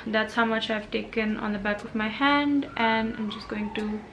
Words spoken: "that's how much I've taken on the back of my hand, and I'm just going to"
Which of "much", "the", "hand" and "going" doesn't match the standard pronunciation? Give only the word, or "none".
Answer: none